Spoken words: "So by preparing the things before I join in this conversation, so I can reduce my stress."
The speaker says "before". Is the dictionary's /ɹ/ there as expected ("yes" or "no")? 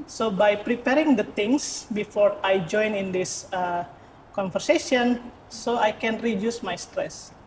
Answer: yes